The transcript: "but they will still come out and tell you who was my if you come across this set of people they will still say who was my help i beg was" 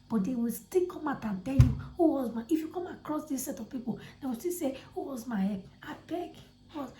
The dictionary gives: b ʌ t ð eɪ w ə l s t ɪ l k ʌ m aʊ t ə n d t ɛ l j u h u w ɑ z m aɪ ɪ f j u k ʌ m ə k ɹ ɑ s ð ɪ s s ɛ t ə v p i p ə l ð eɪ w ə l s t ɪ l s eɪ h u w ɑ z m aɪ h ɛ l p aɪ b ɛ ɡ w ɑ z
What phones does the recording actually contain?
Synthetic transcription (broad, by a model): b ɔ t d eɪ w ə l s t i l k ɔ m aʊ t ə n t ɛ l j u h u w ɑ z m aɪ ɪ f j u k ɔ m ə k ɹ ɑ s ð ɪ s s ɛ t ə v p i p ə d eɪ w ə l s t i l s eɪ h u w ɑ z m aɪ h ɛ p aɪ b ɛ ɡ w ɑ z